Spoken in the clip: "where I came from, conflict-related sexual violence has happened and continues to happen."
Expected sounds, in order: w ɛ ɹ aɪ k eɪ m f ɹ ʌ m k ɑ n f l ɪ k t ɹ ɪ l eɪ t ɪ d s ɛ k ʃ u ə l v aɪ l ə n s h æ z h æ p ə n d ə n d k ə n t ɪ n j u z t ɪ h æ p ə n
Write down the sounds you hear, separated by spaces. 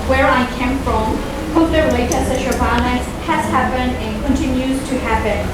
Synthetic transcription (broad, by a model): w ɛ ɹ aɪ k eɪ m f ɹ ʌ m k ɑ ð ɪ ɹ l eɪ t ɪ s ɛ ʃ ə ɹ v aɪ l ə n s h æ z h æ p ə n d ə n k ə n t ɪ n j u z t ɪ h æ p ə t